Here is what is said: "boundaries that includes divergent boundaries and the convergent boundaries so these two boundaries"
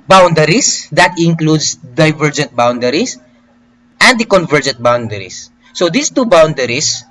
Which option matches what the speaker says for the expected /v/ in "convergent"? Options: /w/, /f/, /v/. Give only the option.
/v/